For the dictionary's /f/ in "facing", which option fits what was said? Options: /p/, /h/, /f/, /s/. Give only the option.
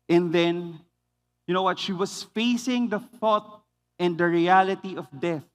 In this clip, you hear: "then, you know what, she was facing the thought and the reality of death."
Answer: /f/